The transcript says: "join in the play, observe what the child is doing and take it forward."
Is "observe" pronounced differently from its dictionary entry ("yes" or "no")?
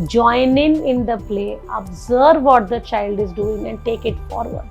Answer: no